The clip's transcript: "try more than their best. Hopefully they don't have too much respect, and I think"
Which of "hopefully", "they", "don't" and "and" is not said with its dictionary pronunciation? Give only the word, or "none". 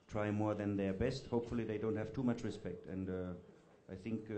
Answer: none